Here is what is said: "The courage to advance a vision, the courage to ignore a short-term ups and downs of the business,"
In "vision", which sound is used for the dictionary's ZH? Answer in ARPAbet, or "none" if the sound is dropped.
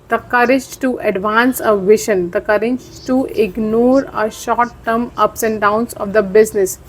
SH